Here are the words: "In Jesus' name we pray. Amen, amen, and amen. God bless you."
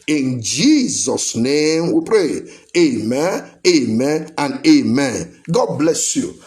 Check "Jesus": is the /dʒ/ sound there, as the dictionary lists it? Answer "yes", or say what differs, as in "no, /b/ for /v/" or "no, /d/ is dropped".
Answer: yes